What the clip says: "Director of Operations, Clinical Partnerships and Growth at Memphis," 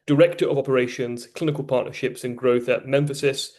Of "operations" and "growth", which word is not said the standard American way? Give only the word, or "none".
none